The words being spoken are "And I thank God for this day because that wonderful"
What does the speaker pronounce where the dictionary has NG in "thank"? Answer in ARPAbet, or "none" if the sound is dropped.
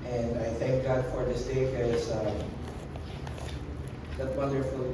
NG